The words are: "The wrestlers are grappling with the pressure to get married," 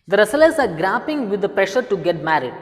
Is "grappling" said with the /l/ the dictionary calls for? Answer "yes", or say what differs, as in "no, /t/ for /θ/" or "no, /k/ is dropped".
no, /l/ is dropped